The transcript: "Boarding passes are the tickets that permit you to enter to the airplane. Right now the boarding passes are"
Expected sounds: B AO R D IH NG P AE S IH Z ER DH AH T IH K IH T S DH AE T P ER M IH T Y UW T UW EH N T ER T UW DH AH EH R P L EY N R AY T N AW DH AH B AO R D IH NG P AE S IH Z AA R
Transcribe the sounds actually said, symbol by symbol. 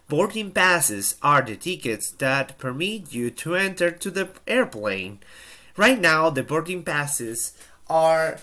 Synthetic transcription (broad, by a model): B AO R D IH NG P AE S IH Z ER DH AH T IH K IH T S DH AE T P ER M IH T Y UW T UW EH N T ER T UW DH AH EH R P L EY N R AY T N AW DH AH B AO R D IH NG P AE S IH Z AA R